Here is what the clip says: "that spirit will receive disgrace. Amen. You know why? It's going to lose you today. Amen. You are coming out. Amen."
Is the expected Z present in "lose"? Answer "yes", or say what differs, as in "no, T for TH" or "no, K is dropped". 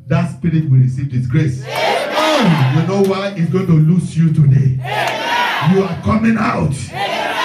no, S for Z